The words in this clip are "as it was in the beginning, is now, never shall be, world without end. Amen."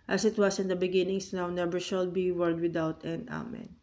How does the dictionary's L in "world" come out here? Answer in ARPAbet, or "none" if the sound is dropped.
none